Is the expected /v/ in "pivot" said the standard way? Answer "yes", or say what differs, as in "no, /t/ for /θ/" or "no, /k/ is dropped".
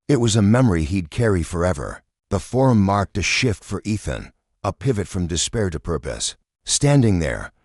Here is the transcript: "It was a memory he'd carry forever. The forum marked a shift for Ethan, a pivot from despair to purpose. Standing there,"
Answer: yes